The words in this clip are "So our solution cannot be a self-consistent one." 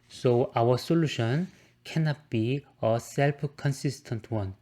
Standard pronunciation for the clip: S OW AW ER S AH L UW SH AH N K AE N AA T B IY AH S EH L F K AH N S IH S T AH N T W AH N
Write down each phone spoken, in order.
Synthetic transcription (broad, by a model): S OW AW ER S AH L UW SH AH N K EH N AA T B IY AH S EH L P K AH N S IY S T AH N T W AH N